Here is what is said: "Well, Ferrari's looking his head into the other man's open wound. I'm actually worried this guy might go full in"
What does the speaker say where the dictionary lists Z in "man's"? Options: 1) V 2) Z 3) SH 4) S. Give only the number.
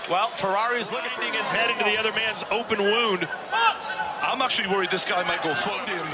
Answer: 2